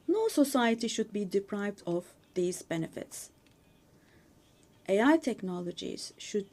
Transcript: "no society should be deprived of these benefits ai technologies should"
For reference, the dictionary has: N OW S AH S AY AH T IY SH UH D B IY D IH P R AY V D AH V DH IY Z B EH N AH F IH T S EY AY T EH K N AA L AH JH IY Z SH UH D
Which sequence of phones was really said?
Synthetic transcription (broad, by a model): N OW S AH S AY AH T IY SH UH D B IY D IH P R AY V D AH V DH IY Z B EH N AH F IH T S EY AY T EH K N AA L AH JH IY Z SH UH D